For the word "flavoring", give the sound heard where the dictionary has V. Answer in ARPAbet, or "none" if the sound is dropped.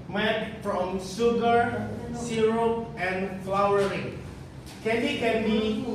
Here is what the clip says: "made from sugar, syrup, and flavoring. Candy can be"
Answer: W